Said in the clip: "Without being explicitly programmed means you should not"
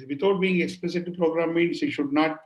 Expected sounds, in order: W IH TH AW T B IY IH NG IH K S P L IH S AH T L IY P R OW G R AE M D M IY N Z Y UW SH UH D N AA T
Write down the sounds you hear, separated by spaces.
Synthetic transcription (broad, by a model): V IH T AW T B IY IH NG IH K S P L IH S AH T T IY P R OW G R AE M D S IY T SH UH D N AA T